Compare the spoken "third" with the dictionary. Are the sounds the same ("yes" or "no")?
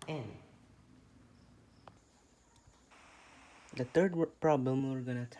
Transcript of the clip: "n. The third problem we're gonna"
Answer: no